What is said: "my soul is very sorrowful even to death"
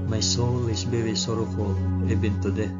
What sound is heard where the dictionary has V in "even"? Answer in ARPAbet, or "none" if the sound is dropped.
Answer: B